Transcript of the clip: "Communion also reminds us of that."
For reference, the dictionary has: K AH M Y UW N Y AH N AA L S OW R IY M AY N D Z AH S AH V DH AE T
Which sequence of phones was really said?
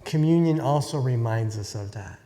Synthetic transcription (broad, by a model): K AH M Y UW N Y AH N AA L S OW R IY M AY N D Z AH S AH V DH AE T